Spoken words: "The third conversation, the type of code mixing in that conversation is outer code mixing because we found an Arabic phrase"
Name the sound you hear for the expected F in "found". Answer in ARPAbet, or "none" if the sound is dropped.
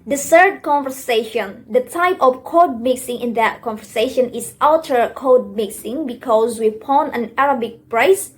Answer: P